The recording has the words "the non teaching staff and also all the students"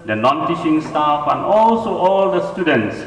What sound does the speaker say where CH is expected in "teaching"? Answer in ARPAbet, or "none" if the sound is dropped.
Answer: SH